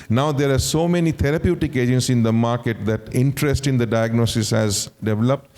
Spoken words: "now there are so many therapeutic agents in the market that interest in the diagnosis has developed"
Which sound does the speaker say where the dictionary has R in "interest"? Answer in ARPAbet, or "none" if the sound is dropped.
R